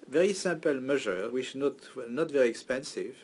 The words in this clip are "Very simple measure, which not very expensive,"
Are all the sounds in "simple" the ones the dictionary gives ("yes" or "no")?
no